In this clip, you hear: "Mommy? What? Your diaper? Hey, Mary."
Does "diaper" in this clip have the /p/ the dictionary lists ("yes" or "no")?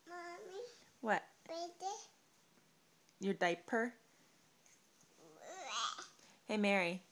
yes